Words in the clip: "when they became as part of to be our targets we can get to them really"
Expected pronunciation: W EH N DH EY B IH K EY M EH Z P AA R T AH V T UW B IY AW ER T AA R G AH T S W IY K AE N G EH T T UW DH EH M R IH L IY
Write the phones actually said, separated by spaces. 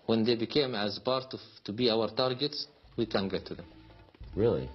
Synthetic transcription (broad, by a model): W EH N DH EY B IH K EY M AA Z B AA R T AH T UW B IY AW ER T AA R G AH T S W IY K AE N G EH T T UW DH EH M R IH L IY